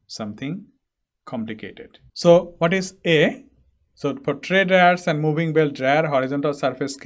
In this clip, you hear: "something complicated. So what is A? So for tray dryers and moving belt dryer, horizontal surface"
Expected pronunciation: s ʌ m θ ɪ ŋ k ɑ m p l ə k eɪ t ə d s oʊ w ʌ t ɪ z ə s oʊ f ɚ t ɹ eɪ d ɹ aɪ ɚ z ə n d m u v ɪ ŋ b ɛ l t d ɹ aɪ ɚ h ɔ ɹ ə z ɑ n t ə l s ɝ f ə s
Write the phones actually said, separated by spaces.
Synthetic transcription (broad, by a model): s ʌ m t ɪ ŋ k ɑ m p l ə k eɪ t ə d s oʊ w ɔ t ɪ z ə s oʊ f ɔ t ɹ eɪ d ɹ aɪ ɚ s ə n d m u b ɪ ŋ b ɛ l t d ɹ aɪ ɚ h ɔ ɹ ə z ɑ n t ə l s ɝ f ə s